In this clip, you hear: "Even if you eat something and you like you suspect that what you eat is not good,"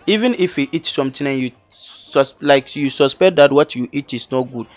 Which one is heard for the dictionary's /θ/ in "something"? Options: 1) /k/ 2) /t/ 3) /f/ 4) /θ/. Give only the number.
2